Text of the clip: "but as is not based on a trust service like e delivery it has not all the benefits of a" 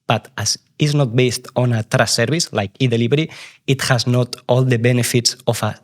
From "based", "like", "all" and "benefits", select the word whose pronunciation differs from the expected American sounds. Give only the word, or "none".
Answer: none